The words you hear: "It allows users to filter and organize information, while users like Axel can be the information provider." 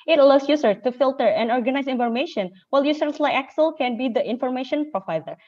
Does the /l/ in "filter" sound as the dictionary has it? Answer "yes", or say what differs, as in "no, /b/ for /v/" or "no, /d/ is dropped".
yes